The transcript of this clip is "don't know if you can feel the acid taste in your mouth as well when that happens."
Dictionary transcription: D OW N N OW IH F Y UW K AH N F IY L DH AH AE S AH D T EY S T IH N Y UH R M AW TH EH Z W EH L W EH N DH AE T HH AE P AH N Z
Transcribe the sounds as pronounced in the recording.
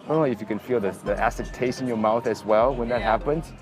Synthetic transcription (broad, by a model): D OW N L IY IH F Y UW K AH N F IY L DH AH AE S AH T EY S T IH N Y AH R M AW TH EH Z W EH L W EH N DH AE T HH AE P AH N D